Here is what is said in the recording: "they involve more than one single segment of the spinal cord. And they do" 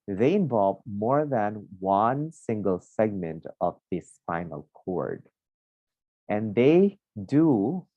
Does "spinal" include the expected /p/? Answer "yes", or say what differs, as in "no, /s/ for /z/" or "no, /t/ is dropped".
no, /f/ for /p/